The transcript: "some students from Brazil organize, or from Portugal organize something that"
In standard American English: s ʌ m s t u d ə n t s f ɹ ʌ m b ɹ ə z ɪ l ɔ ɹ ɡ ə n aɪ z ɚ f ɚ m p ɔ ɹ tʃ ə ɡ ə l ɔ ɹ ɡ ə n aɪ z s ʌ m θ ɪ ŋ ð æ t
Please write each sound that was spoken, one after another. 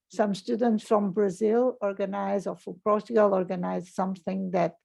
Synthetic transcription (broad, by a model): s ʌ m s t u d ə n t s f ɹ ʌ m b ɹ ə z ɪ l ɔ ɹ ɡ ə n aɪ z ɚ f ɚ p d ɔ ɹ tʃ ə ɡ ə l ɔ ɹ ɡ ə n aɪ z s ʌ m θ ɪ ŋ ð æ t